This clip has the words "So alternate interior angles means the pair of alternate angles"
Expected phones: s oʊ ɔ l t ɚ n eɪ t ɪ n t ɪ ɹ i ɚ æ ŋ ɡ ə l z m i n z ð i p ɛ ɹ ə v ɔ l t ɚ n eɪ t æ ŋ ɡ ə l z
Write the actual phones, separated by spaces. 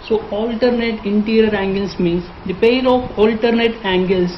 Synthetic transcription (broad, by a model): s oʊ ɔ l t ɚ n eɪ t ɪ n t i ɹ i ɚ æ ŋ ɡ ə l s m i n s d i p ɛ l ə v ɔ l t ɚ n eɪ t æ ŋ ɡ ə l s